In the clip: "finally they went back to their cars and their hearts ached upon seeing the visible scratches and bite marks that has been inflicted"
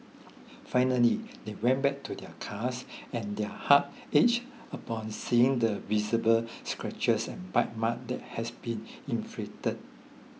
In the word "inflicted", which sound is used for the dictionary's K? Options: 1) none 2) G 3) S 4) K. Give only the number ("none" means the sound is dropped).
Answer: 1